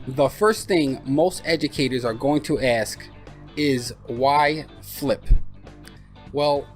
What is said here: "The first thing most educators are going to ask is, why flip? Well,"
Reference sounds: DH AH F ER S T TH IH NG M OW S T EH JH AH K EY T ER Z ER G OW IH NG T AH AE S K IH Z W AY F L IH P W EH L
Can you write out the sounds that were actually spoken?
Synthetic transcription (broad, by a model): DH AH F ER S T TH IH NG M OW S T EH JH AH K EY T ER Z ER G OW IH NG T AH AE S K IH Z W AY F L IH P W EH L